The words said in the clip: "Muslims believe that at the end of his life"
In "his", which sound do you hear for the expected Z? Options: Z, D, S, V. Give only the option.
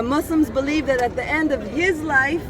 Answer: Z